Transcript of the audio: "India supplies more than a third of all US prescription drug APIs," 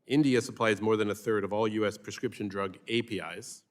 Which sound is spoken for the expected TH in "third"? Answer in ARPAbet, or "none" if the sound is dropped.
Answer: TH